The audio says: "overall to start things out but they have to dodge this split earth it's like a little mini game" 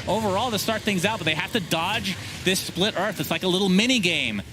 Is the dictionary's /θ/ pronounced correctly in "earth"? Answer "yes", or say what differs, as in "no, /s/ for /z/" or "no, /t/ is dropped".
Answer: yes